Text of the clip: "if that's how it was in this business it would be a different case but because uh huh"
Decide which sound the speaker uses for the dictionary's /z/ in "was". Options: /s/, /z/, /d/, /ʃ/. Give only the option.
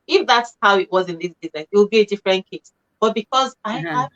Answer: /z/